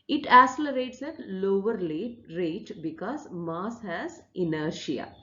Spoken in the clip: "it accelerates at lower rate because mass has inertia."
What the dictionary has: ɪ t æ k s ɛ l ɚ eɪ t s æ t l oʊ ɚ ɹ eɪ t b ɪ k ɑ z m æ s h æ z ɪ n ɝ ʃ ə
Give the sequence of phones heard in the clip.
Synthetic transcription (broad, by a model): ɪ t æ s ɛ l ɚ eɪ t s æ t l oʊ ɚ ɹ eɪ t b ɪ k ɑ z m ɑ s h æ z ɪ n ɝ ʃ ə